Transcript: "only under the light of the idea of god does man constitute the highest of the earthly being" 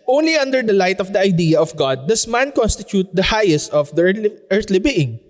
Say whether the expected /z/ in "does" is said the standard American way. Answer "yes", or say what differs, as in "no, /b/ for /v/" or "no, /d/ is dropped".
no, /s/ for /z/